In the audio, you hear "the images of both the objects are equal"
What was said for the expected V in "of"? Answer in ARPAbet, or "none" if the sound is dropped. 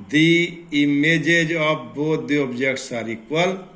P